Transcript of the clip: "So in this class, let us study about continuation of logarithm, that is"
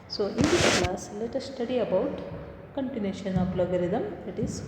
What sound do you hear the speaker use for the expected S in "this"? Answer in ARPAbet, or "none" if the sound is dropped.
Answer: none